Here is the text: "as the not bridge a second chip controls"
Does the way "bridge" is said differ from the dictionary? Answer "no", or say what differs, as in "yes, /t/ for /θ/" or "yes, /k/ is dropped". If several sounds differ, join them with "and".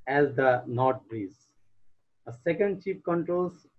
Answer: yes, /z/ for /dʒ/